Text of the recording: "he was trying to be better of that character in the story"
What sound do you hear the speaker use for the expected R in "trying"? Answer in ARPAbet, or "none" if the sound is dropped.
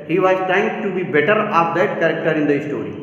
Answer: none